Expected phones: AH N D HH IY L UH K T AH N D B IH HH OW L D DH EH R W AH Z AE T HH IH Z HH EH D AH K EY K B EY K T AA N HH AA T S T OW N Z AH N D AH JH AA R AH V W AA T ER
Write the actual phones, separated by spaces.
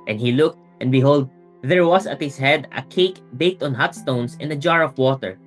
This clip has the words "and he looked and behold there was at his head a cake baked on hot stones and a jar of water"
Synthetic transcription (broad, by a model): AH N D HH IY L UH K T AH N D B IH HH OW L D DH EH R W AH S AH T HH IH S HH EH D AH K EY K B EY K T AA N HH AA T S T OW N S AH N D AH JH AA R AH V W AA T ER